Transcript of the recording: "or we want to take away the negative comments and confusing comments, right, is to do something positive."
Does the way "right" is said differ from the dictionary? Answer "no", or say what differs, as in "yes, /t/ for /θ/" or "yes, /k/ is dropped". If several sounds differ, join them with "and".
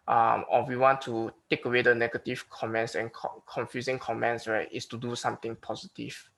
yes, /w/ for /ɹ/